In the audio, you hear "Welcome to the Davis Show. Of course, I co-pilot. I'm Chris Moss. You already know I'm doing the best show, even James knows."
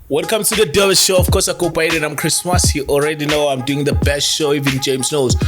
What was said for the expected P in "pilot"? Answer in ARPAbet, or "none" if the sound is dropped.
B